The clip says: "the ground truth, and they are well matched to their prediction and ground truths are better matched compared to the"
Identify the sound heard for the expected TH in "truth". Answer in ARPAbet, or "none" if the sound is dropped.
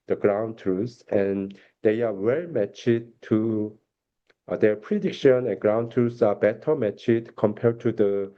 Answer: S